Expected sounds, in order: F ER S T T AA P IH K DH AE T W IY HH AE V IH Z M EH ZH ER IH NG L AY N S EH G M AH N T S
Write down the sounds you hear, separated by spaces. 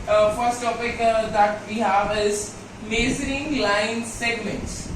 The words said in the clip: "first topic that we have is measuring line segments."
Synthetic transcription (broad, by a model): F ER S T T AA P IH K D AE T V IY HH AE V IH Z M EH Z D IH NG L AY N S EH G M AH N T S